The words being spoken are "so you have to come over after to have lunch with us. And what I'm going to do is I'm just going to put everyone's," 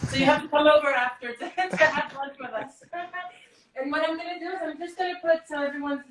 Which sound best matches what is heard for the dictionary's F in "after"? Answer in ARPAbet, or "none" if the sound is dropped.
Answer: F